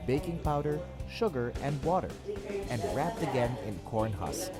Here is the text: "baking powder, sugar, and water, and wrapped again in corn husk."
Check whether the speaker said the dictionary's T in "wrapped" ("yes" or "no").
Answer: yes